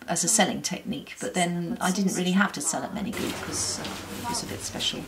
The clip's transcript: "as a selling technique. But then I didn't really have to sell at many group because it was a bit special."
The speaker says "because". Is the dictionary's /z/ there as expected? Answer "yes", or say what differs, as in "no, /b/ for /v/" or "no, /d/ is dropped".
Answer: no, /z/ is dropped